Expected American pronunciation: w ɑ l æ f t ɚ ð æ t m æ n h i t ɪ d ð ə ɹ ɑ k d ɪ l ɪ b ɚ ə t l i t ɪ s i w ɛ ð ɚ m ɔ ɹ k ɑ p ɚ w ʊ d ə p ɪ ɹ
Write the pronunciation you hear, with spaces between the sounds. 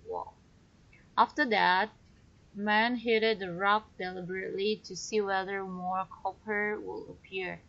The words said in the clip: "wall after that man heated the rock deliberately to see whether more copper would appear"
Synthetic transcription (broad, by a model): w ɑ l æ f t ɚ ð æ t m æ n h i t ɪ d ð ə ɹ ɑ k d ɪ l ɪ b ɚ ə t l i t ɪ s i w ɛ ð ɚ m ɔ ɹ k ɑ p ɚ w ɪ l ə p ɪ ɹ